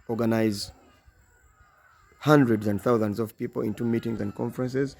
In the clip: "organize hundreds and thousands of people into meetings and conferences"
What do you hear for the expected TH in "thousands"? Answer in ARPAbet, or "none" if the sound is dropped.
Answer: TH